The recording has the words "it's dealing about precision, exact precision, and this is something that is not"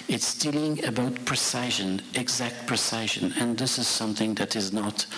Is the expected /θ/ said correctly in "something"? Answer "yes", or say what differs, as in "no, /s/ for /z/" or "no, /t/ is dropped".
yes